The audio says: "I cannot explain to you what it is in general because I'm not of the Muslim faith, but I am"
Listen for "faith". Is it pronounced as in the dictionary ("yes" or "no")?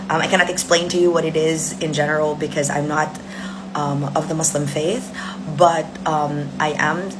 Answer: yes